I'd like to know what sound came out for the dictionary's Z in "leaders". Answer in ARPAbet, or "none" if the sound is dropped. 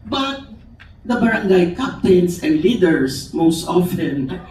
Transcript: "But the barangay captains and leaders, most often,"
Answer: S